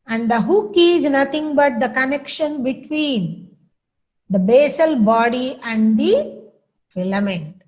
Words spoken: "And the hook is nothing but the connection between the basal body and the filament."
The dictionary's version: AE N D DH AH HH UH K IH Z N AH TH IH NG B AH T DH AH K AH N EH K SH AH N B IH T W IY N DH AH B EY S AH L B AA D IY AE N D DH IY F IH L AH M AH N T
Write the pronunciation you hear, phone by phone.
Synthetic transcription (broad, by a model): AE N D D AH HH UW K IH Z N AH T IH NG B AH T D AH K AH N EH K SH AH N B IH T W IY N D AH B EY S AH L B AA D IY AE N D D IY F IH L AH M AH N T